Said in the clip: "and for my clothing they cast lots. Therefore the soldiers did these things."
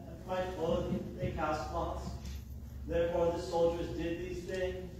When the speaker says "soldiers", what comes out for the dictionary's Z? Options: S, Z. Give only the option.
Z